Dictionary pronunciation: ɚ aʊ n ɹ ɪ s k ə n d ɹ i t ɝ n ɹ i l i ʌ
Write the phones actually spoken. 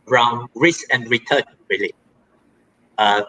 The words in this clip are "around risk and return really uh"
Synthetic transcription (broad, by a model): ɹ aʊ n ɹ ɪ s ə n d ɹ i t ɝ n ɹ i l i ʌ